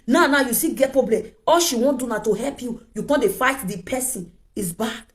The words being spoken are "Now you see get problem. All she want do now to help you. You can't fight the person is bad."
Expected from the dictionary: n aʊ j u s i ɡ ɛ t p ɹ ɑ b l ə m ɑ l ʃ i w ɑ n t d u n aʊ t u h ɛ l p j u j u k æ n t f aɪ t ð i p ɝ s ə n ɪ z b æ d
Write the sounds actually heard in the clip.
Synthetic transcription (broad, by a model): n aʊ j u s i ɡ ɛ t p ɹ ɑ b l ə m ɑ l ʃ i w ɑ n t d u n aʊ t u h ɛ l p j u j u k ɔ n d f aɪ t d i p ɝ s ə n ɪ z b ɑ